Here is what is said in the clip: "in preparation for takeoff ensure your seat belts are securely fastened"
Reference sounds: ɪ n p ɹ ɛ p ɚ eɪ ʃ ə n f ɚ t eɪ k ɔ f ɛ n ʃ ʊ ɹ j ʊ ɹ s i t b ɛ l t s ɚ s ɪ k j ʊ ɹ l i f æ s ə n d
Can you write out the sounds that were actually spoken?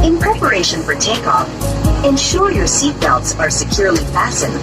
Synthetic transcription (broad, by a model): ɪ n p ɹ ɛ p ɚ eɪ ʃ ə n f ɚ t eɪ k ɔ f ɛ n ʃ ʊ ɹ j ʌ ɹ s i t b ɛ l t s ɚ s ɪ k j ʊ ɹ l i f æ s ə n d